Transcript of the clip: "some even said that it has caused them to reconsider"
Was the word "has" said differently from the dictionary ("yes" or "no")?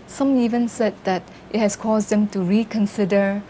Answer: yes